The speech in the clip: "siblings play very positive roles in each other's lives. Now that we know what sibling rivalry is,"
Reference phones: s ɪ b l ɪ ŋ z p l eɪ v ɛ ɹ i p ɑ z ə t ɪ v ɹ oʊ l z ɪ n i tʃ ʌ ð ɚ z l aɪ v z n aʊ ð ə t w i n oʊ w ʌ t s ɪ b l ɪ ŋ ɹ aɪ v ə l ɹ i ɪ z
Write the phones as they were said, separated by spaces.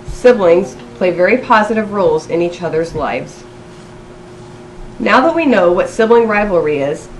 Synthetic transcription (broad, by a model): s ɪ b l ɪ ŋ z p l eɪ v ɛ ɹ i p ɑ z ə t ɪ v ɹ oʊ l z ɪ n i tʃ ʌ ð ɚ z l aɪ v z n aʊ ð ə t w i n oʊ w ʌ t s ɪ b l ɪ ŋ ɹ aɪ v l ɹ i ɪ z